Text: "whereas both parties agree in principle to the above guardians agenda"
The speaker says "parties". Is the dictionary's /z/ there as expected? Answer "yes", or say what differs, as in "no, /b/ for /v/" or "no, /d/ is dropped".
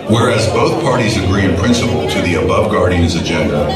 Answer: yes